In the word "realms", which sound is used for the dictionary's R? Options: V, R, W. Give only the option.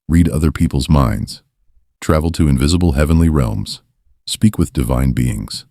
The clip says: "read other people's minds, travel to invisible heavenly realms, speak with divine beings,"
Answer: R